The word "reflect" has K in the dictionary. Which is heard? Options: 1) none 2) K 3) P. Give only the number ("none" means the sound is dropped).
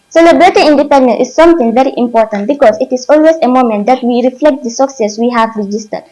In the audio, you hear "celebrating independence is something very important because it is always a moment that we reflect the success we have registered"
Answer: 2